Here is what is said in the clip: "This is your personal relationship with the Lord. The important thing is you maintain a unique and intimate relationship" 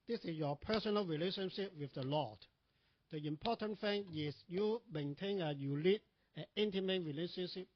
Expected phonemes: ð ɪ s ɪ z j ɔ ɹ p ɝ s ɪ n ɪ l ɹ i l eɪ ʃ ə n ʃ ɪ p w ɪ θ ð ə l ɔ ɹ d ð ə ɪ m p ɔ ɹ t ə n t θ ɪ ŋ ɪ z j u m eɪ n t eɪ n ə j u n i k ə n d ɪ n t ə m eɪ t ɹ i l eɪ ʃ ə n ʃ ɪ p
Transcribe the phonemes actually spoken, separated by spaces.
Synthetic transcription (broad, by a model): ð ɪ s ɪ s j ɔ p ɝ s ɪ n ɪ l ɹ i l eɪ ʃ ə n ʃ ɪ p w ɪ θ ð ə l ɔ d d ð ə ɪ m p ɔ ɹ t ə n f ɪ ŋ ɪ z j u m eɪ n t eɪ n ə j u l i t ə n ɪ n t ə m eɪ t ɹ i l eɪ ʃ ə n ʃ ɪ p